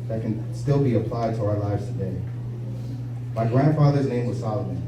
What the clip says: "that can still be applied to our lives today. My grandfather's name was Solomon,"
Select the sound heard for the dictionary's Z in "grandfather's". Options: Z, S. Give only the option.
Z